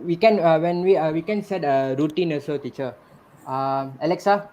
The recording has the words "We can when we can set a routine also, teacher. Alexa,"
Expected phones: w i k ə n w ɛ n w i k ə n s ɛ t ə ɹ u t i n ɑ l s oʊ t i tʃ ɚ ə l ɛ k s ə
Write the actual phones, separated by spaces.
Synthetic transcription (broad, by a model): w i k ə n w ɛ n w i k ə n s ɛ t ə ɹ u t i n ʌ s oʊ t i tʃ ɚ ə l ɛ k s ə